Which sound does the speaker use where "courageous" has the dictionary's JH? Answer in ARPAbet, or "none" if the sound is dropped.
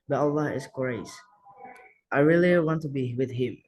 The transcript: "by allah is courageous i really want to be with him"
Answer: none